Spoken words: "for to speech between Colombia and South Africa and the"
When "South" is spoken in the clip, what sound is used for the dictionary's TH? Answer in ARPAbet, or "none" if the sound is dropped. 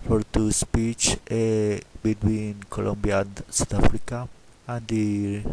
T